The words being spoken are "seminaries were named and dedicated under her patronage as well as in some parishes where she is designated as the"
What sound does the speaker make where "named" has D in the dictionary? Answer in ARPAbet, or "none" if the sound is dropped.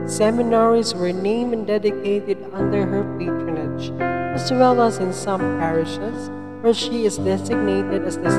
none